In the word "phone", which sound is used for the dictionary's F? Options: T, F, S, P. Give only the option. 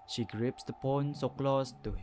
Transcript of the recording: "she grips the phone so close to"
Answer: P